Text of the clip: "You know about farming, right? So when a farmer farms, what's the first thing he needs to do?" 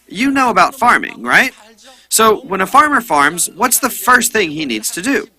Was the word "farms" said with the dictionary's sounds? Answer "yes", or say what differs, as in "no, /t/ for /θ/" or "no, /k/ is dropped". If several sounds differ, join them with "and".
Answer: yes